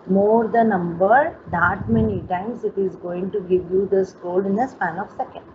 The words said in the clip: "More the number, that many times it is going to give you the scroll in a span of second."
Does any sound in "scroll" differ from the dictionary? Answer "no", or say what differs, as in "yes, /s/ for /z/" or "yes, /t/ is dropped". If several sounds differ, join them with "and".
yes, /ɹ/ is dropped